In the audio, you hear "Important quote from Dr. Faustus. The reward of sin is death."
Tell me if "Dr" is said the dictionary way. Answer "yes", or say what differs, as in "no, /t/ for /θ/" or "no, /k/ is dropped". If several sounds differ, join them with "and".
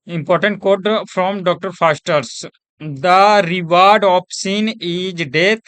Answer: yes